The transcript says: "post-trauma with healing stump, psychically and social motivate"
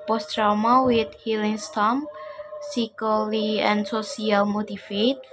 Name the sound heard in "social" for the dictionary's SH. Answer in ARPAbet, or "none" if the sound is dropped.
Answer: S